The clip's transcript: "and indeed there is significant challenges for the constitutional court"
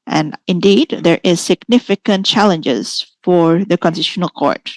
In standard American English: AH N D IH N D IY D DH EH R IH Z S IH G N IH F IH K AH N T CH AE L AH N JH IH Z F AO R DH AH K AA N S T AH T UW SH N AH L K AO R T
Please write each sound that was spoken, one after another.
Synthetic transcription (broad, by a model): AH N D IH N D IY D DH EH R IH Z S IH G N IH F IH K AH N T CH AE L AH N JH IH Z F AO R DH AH K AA N S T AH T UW N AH L K AO R T